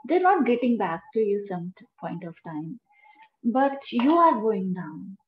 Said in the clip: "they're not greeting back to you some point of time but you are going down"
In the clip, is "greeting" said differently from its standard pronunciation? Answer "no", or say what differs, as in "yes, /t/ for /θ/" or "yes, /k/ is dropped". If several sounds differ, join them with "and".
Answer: yes, /ɹ/ is dropped